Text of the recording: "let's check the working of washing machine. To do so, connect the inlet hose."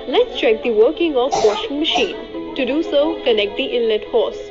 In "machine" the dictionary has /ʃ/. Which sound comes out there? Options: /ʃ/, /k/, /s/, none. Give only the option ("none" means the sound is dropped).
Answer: /ʃ/